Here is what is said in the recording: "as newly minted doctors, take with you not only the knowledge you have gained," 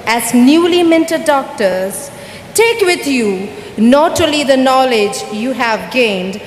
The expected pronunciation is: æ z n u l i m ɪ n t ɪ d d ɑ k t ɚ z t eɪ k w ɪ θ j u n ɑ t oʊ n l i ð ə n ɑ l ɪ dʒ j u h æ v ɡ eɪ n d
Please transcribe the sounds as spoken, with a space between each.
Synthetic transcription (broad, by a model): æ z n u l i m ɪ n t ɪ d d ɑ k t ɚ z t eɪ k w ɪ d j u n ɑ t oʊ l i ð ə n ɑ l ɪ dʒ j u h æ v ɡ eɪ n d